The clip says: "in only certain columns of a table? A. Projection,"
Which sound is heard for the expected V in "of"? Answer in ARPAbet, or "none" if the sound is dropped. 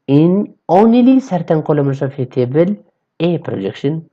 F